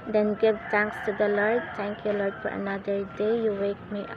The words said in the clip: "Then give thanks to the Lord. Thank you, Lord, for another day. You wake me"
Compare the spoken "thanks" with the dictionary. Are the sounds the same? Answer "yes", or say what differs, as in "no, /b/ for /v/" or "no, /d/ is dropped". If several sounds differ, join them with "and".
no, /t/ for /θ/